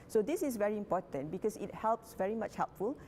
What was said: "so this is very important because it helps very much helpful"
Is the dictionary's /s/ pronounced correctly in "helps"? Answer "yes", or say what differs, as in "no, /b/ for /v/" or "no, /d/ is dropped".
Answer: yes